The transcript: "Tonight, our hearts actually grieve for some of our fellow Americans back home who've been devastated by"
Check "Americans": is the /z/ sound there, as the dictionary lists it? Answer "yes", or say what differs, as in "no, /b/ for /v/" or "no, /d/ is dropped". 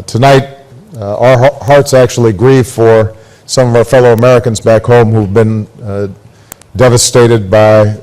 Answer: yes